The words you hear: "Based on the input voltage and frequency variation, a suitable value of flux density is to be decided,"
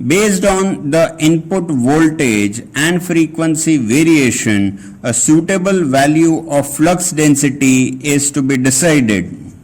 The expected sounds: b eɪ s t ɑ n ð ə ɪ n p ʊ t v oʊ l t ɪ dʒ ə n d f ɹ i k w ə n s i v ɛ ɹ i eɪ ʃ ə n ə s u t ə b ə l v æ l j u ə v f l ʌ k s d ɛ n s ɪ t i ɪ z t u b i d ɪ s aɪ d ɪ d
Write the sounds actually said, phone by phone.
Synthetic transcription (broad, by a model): b eɪ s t ɑ n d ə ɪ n p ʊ t v oʊ l t ɪ dʒ ə n d f ɹ i k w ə n s i v ɛ ɹ i eɪ ʃ ə n ə s u t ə b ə l v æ l j u ə v f l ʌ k s d ɛ n s ɪ t i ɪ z t u b i d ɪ s aɪ d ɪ d